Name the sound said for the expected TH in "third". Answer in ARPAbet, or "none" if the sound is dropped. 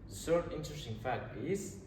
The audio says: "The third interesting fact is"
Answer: S